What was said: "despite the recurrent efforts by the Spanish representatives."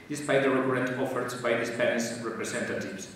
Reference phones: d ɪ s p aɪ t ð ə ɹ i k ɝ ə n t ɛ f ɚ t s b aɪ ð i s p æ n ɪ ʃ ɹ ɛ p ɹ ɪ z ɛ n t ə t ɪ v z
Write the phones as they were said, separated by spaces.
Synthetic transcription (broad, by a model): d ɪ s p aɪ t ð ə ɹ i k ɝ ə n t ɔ f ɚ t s b aɪ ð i s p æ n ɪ s ɹ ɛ p ɹ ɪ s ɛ n t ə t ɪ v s